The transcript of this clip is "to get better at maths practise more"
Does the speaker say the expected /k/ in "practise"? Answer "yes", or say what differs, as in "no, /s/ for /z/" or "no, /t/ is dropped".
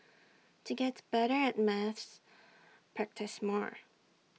yes